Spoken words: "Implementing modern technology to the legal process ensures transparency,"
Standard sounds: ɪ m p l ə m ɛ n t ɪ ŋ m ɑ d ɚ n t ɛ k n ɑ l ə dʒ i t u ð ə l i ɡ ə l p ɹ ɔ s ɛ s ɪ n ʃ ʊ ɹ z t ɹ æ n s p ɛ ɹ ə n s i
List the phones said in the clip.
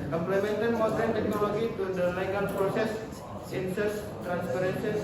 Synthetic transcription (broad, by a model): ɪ m p l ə m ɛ n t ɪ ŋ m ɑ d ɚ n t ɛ k n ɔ l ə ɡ i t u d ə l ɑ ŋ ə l p ɹ ɔ s ɛ s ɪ n s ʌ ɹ s t ɹ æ n s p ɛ ɹ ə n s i